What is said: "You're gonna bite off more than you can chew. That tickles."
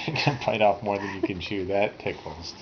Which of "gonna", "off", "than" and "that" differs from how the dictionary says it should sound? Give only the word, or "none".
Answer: gonna